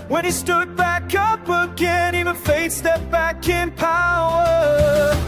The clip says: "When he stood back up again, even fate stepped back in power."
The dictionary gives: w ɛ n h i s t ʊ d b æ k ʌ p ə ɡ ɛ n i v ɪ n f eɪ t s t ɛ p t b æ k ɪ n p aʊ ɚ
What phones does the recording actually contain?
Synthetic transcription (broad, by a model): w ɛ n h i s t ʊ d b æ k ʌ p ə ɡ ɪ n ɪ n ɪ f eɪ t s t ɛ t b æ k ɪ n p aʊ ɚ